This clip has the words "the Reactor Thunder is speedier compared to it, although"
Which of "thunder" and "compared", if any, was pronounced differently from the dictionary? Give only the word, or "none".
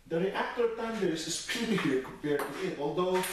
thunder